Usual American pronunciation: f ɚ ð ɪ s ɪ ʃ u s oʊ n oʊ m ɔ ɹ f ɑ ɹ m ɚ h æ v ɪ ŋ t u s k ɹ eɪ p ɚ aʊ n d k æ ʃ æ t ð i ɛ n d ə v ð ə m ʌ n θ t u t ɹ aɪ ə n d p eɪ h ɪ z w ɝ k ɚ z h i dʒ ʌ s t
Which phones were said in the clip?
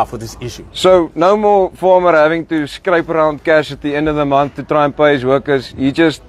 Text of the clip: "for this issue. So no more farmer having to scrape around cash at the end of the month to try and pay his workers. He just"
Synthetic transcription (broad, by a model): f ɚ ð ɪ s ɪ ʃ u s oʊ n oʊ m ɔ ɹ f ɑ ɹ m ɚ h æ v ɪ ŋ t u s k ɹ eɪ p ɚ aʊ n d k æ ʃ æ t ð i ɛ n d ə v ð ə m ʌ n θ t u t ɹ aɪ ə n p eɪ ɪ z w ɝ k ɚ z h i dʒ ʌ s t